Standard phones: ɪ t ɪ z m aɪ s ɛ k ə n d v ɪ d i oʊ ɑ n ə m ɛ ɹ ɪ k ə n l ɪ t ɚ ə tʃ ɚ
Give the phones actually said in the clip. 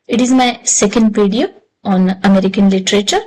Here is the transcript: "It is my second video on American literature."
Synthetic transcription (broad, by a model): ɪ t ɪ z m aɪ s ɛ k ə n d p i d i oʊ ɑ n ə m ɛ ɹ ɪ k ə n l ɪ t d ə tʃ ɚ